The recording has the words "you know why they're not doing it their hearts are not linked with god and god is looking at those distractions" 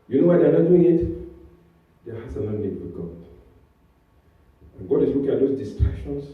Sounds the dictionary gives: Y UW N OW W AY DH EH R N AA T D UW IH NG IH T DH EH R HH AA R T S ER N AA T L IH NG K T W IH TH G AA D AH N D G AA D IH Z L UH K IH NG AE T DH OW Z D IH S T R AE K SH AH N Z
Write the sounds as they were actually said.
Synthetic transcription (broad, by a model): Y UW N OW W AY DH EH N AA T D UW IH NG IH T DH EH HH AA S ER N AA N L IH K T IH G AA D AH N G AA D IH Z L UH K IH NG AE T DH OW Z D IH S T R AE K SH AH N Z